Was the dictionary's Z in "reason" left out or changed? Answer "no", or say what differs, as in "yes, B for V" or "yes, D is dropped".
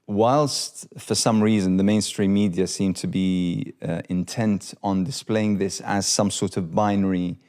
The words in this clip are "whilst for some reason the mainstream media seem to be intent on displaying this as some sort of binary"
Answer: no